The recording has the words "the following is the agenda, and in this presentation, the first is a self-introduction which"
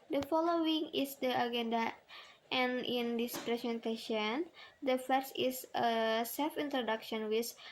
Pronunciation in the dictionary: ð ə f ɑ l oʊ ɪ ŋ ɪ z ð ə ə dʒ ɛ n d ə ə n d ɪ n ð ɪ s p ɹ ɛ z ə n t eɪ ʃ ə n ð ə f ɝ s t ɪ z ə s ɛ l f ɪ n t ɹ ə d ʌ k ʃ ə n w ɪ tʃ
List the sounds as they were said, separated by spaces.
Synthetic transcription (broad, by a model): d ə f ɑ l oʊ ɪ ŋ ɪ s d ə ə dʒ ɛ n d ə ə n ɪ n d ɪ s p ɹ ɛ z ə n t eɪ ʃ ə n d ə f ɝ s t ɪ s ə s ɛ l f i n t ɹ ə d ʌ k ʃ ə n w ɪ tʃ